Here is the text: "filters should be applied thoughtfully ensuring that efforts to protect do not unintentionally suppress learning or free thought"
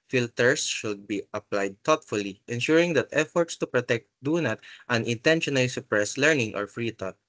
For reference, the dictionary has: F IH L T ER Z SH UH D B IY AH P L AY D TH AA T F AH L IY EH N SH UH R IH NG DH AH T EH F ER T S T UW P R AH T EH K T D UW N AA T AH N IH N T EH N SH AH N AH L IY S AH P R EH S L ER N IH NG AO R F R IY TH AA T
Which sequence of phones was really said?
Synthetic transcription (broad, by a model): F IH L T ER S SH UH D B IY AH P L AY D T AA T F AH L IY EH N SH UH R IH NG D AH T EH F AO T S T UW P R AH T EH K T D UW N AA T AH N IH N T EH N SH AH N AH L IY S AH P R EH S L ER N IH NG AO R F R IY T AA T